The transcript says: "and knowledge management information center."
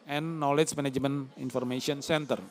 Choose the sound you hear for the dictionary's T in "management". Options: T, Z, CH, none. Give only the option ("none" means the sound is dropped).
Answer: none